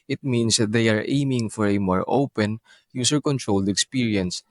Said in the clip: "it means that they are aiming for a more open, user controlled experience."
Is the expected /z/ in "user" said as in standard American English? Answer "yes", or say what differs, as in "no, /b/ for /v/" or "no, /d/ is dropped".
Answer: no, /s/ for /z/